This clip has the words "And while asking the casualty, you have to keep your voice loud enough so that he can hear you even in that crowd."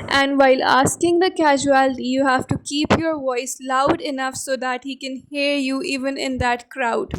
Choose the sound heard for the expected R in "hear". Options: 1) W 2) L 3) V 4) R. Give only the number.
4